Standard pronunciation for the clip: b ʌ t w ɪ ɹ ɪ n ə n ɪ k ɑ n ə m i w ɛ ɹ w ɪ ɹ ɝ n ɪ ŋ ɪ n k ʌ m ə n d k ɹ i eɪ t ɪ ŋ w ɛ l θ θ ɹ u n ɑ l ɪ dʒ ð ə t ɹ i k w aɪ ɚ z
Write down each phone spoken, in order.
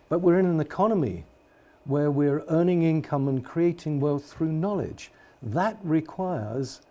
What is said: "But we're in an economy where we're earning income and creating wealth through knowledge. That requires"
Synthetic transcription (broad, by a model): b ʌ t w ɪ ɹ ɪ n ə n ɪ k ɑ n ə m i w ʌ ɹ w ɪ ɹ ɝ n ɪ ŋ ɪ n k ʌ m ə n k ɹ i eɪ t ɪ ŋ w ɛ l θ θ ɹ u n ɑ l ɪ dʒ ð ə t ɹ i k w aɪ ɚ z